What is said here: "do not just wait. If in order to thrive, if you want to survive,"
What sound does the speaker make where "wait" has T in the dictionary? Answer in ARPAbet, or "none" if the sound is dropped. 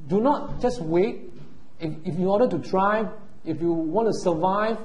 T